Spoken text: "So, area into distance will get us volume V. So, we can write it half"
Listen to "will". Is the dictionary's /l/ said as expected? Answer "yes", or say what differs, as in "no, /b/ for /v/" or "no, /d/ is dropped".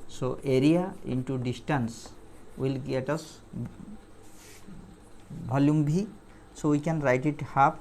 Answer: yes